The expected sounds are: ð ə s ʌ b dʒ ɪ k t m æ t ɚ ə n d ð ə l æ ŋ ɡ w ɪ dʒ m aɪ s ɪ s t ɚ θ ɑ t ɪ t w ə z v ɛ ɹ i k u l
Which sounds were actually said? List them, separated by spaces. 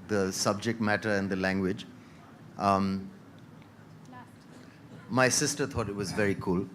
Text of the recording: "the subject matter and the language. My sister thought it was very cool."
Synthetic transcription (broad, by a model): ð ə s ʌ b dʒ ɪ k t m æ t ɚ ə n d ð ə l æ ŋ ɡ w ɪ dʒ m aɪ s ɪ s t ɚ t ɑ t ɪ t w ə z v ɛ ɹ i k u l